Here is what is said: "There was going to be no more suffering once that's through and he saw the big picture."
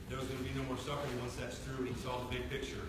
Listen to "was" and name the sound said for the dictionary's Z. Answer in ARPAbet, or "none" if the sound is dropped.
Z